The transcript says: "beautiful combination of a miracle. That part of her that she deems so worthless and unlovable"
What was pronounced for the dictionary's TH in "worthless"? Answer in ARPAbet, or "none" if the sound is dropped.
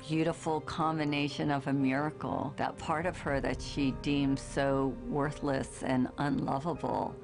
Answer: TH